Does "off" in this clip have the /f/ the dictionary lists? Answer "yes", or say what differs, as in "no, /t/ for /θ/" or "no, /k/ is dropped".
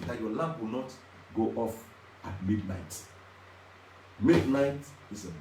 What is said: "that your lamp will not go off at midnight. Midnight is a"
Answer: yes